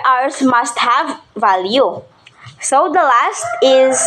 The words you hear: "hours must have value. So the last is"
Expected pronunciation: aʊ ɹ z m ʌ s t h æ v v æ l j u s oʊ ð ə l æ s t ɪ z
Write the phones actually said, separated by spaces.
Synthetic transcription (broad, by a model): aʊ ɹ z m ʌ s t h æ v v æ l j u s oʊ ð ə l æ s t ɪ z